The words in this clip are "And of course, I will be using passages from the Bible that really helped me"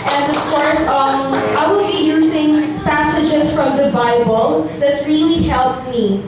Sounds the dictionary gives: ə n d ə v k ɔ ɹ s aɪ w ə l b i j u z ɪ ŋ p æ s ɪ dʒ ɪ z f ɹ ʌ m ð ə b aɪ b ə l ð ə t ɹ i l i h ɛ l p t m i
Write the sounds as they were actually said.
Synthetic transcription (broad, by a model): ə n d ə v k ɔ ɹ s aɪ w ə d b i j u z ɪ ŋ p æ s ɪ dʒ ɪ z f ɹ ʌ m ð ə b aɪ b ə l ð ə t ɹ i l i h ɛ l p m i